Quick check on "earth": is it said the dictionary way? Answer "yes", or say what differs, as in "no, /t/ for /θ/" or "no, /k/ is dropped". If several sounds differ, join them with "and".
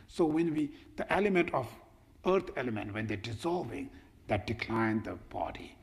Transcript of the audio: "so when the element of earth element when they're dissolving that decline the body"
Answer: no, /t/ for /θ/